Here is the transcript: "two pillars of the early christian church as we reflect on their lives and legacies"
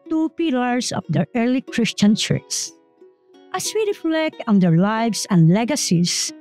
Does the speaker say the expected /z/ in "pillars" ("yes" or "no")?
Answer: no